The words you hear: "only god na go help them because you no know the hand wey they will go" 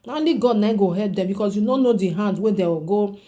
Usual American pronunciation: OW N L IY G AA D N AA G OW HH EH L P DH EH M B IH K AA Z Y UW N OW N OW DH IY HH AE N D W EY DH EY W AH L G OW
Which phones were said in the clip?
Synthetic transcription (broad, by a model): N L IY G AA D N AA G OW HH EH P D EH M B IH K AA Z Y UW N OW N OW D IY HH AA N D W EY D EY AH G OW